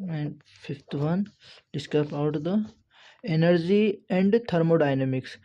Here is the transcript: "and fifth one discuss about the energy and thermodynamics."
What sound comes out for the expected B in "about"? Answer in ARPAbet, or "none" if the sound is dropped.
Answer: none